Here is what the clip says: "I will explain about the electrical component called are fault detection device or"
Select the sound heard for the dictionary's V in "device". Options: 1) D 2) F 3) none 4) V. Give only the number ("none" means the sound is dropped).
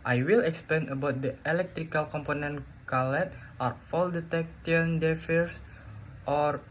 2